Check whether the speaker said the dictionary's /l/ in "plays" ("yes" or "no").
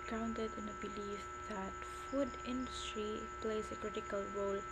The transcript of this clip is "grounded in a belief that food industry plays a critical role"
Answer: yes